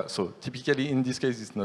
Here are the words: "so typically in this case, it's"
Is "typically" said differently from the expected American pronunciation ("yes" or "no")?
no